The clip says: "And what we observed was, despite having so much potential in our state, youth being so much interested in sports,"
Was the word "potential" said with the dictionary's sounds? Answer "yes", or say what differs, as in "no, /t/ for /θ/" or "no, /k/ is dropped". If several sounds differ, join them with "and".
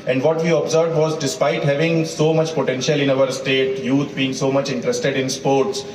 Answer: yes